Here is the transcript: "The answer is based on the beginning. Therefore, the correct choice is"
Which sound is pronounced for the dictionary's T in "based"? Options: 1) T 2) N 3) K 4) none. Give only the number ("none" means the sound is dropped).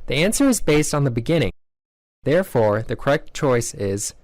1